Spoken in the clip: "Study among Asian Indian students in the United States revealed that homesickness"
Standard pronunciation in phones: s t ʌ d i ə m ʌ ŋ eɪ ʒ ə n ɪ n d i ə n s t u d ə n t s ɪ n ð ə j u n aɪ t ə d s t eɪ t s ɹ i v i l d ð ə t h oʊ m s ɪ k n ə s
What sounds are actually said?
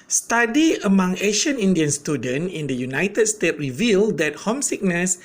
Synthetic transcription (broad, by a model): s t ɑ d i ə m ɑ ŋ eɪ ʃ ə n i n d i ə n s t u d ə n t ɪ n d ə j u n aɪ t ə d s t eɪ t ɹ i v i l d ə t h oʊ m s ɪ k n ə s